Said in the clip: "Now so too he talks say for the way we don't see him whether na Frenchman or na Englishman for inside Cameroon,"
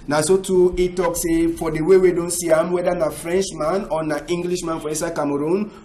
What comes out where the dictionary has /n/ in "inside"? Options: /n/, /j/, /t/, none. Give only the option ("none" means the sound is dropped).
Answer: none